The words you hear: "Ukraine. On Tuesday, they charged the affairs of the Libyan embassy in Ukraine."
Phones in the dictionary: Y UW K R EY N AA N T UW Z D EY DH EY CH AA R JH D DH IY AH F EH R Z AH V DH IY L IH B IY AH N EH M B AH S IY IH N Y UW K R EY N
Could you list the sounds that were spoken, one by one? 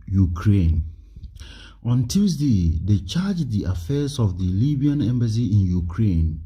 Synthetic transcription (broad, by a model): Y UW K R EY N AA N T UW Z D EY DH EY CH AA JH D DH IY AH F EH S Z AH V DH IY L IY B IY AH N EH M B AH S IY IH N Y UW K R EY N